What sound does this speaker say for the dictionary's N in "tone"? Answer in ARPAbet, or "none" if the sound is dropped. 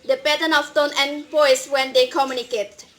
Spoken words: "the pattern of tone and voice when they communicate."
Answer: N